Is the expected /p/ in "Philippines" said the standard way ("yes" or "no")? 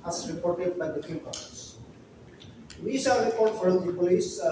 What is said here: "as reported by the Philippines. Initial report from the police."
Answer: no